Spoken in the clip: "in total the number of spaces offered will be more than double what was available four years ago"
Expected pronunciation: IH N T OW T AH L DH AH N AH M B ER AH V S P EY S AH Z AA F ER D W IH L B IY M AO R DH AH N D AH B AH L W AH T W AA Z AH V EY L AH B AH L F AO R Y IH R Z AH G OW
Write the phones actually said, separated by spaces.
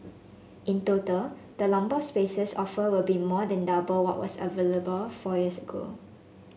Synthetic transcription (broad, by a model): IH N T OW T AH L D AH L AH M B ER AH S P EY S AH S AA F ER W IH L B IY M AO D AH N D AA B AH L W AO T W AA S AH V EY L AH B AH L F AO Y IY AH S AH G OW